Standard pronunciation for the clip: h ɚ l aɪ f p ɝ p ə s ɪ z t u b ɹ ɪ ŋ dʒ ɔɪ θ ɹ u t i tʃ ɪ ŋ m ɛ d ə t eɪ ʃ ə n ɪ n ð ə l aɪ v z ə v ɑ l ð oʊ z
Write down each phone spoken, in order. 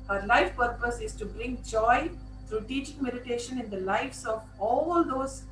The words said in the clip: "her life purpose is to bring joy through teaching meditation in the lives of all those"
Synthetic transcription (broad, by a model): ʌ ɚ l aɪ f p ɝ p ə s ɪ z t u b ɹ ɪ ŋ dʒ ɔɪ t ɹ u t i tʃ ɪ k m ɛ d ə t eɪ ʃ ə n ɪ n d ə l aɪ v s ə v ɑ l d oʊ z